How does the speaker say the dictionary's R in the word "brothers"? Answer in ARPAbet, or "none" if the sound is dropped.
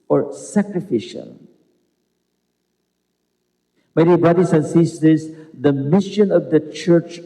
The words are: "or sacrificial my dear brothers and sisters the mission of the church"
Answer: none